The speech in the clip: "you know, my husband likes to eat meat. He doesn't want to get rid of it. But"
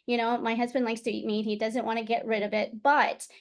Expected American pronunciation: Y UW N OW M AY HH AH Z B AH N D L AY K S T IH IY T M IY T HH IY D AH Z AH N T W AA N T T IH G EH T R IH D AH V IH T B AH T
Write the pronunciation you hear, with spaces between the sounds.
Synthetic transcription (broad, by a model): Y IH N OW M AY HH AH Z B AH N D L AY K S T IH IY T M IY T HH IY D AH Z AH N T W AA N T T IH G EH T R IH D AH V IH T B AH T